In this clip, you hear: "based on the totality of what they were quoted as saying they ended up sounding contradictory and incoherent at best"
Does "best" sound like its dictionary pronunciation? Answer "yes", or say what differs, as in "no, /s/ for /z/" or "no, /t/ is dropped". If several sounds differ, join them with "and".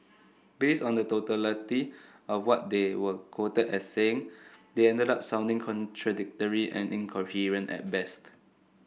yes